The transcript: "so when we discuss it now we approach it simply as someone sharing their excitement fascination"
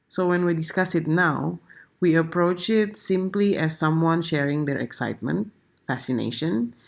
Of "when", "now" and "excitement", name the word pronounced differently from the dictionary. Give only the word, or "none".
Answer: none